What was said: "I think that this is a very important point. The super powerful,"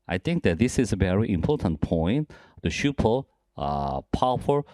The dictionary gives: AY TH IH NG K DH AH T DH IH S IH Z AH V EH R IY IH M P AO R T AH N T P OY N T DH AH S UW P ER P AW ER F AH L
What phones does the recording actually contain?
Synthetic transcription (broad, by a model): AY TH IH NG K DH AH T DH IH S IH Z AH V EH R IY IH M P AO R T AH N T P OY N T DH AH SH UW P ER P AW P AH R